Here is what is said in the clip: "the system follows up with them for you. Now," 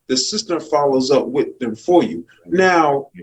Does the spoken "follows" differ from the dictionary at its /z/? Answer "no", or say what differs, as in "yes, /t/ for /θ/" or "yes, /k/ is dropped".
no